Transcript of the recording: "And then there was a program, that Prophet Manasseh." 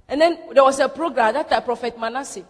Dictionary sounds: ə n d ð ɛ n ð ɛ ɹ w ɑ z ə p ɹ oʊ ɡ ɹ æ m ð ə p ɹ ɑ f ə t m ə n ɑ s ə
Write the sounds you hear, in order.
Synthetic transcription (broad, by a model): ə n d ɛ n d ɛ w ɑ s ə p ɹ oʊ ɡ ɹ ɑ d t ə p ɹ ɑ f ə t m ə n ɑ s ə